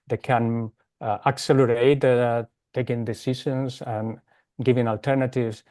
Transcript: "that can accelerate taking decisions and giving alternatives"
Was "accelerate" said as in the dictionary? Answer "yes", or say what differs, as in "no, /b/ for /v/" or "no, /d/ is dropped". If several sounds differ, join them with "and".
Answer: yes